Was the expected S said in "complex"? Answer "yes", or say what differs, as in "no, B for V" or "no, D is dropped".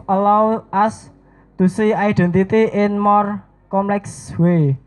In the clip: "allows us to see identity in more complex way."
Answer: yes